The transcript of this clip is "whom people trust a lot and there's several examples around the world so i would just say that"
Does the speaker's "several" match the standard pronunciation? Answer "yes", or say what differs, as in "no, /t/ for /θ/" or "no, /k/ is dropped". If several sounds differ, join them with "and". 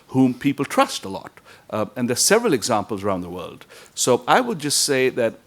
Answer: yes